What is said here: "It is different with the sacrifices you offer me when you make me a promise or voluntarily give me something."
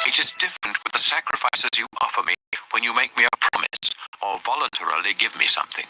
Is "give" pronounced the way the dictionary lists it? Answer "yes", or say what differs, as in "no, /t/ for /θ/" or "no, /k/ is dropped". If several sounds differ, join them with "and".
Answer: yes